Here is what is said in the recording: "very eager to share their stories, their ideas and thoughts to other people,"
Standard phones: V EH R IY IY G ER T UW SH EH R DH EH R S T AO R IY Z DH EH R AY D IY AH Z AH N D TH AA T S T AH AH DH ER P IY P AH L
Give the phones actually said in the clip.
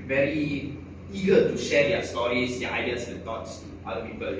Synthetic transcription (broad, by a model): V EH R IY IY G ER T UW SH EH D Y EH S T AO R IY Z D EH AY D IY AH S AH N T AA T S T AH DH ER P IY P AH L